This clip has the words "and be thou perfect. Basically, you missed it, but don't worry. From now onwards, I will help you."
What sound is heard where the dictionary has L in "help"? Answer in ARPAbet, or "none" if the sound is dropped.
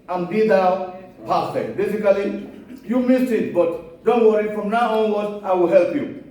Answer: L